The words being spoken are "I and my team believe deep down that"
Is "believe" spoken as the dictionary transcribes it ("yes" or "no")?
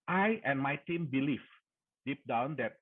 no